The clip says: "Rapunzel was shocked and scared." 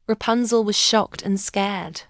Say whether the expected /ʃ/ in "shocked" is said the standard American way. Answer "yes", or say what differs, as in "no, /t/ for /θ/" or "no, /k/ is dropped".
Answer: yes